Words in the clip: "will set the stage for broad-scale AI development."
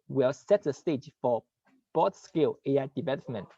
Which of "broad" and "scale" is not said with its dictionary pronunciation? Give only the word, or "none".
broad